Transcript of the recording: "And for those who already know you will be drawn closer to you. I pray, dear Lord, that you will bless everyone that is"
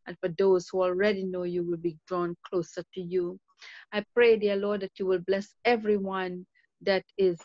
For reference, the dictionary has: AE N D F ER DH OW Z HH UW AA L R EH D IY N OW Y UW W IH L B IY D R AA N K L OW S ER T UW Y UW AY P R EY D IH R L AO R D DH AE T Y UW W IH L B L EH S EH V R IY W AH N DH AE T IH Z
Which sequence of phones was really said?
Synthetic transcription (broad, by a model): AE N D F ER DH OW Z HH UW AA L R EH D IY N OW Y UW W IH L B IY D R AA N K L OW S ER T UW Y UW AY P R EY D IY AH L AO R D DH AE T Y UW W IH L B L EH S EH V R IY W AH N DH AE T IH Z